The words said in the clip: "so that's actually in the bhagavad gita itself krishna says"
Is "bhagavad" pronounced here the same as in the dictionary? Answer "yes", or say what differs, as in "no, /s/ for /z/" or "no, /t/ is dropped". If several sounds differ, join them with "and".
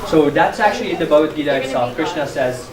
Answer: no, /v/ is dropped